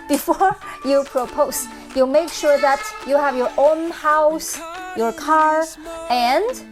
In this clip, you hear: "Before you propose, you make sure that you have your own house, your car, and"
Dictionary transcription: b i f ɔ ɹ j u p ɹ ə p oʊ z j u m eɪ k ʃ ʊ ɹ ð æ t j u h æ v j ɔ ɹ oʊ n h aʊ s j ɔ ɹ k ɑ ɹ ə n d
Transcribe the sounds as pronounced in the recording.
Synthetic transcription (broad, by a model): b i f ɔ ɹ j u p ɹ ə p oʊ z j u m eɪ k ʃ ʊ ɹ ð æ t j u h æ v j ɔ ɹ oʊ n h aʊ s j ɔ ɹ k ɑ ɹ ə n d